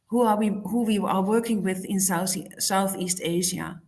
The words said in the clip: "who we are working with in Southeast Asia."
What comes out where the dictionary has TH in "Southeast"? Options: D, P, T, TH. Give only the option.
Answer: TH